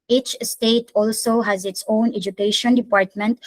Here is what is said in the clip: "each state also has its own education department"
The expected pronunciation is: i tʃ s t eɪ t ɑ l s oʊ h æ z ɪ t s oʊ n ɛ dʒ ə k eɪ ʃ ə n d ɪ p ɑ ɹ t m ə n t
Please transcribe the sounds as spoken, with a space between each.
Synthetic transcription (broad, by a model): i tʃ s t eɪ t ɑ l s oʊ h æ z ɪ t s oʊ n ɛ dʒ ə k eɪ ʃ ə n d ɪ p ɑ ɹ t m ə n t